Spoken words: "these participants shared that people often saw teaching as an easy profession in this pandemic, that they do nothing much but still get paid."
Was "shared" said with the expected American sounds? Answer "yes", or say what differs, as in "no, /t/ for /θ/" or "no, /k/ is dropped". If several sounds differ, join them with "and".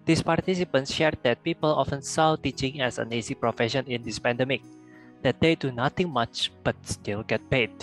yes